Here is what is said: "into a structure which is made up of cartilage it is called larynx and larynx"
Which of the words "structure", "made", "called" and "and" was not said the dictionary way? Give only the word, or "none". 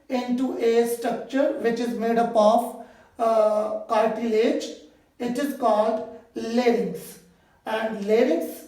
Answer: none